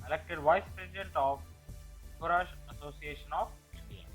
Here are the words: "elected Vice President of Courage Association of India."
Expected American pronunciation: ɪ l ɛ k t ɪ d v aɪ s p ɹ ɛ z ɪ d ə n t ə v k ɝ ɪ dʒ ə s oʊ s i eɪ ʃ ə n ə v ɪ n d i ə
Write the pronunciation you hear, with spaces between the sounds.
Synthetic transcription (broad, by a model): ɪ l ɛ k t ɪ d v aɪ s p ɹ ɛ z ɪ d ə n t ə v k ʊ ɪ ʃ ə s oʊ s i eɪ ʃ ə n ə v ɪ n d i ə